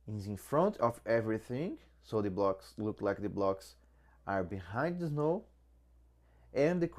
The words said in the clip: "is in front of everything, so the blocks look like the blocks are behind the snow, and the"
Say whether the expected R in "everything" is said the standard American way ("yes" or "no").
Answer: yes